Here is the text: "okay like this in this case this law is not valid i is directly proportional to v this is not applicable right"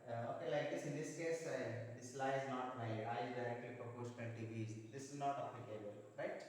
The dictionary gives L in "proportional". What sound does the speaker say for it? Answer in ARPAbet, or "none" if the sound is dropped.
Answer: N